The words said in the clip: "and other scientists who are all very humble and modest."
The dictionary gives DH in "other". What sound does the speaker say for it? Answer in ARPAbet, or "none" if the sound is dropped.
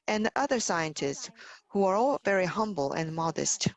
DH